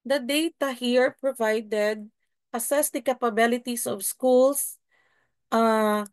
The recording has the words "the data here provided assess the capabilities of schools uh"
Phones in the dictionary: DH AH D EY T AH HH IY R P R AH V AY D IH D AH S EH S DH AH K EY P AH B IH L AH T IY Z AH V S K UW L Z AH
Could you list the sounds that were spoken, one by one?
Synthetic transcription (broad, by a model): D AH D EY T AH HH IY R P R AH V AY D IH D AH S EH S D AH K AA P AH B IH L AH T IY S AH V S K UW L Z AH